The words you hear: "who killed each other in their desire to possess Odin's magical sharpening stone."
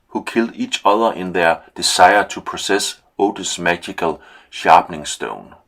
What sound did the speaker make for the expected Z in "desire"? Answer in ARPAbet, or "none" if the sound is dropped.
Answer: S